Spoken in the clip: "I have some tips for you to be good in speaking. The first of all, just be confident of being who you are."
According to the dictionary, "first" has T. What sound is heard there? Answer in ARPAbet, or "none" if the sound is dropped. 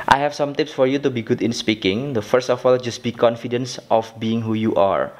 T